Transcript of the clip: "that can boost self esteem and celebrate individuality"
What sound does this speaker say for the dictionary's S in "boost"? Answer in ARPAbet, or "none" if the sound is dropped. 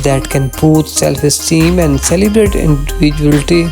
none